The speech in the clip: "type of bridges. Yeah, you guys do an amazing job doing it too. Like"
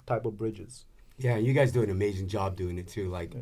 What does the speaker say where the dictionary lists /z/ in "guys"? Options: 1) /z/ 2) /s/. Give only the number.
1